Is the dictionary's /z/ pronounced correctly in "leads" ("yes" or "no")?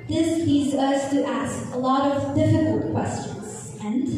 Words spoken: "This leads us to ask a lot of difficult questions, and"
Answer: yes